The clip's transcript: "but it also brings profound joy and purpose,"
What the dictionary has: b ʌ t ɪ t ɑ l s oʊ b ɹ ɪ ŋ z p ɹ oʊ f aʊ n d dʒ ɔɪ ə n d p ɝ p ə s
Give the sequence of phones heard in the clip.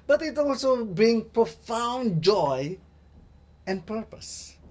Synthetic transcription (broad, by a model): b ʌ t ɪ t ɑ l s oʊ b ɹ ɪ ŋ p ɹ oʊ f aʊ n dʒ ɔɪ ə n p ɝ p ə s